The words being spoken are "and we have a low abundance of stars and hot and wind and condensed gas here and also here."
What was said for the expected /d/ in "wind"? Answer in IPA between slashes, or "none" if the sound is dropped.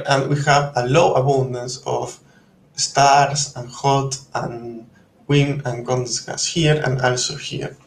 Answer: none